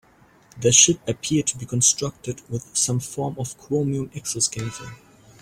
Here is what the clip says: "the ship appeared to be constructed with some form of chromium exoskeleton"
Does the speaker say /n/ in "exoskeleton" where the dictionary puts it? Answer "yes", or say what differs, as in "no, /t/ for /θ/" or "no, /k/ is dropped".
no, /n/ is dropped